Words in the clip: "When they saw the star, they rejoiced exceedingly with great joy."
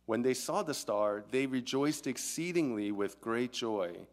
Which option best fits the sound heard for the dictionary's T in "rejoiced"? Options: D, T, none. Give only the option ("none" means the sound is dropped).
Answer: T